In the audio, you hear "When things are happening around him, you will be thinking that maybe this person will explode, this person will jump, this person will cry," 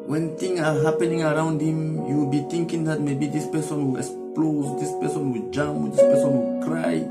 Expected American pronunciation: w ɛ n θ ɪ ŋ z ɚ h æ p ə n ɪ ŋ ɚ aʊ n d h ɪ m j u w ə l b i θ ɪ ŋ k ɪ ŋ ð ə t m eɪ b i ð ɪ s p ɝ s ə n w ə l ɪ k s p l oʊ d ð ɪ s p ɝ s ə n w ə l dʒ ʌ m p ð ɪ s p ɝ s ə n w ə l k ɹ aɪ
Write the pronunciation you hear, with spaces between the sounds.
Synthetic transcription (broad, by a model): w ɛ n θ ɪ ŋ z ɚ h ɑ p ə n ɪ ŋ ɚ aʊ n d h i m j u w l b i t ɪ ŋ k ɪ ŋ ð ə t m eɪ b i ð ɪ s p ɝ s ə n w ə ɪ k s p l oʊ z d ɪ s p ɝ s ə n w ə dʒ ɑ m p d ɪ s p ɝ s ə n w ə k ɹ aɪ